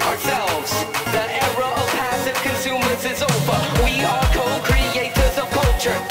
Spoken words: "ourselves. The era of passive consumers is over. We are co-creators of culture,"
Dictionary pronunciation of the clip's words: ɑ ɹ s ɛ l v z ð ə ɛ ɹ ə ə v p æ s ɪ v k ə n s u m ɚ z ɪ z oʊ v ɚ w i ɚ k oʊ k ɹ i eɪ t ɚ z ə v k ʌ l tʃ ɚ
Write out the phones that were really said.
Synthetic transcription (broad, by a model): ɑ ɹ s ɛ l v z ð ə ɛ ɹ ə ə v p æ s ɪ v k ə n s u m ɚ s ɪ z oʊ f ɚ w i ɚ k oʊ k ɹ i eɪ t ɚ z ə v k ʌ l tʃ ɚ